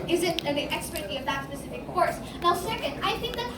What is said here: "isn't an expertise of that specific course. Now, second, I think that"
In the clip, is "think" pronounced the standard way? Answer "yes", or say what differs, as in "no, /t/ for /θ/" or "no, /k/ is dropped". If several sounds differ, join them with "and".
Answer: yes